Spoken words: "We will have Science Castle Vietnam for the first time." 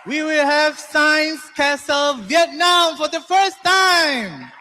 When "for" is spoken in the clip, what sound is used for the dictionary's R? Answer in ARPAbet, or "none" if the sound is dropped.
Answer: R